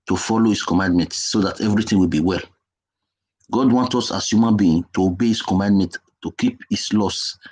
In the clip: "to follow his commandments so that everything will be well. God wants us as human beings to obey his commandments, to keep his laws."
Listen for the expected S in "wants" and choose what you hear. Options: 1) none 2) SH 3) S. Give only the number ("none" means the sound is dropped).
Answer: 1